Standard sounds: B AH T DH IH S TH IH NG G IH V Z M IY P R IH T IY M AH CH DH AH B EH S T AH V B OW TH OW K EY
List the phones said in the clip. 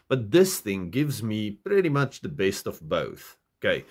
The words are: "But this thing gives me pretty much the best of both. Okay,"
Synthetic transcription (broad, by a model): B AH T DH IH S TH IH NG G IH V Z M IY P R IH T IY M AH CH DH AH B EH S T AH V B OW TH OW K EY